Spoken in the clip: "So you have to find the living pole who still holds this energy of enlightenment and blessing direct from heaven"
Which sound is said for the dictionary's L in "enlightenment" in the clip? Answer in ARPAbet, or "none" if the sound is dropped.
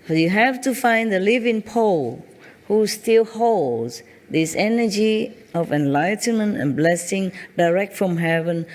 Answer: L